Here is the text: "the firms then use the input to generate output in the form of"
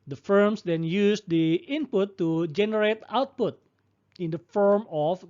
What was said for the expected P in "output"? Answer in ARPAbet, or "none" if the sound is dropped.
P